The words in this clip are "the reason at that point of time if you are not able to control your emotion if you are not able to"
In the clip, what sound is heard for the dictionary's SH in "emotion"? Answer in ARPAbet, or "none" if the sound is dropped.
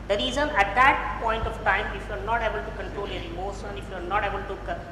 S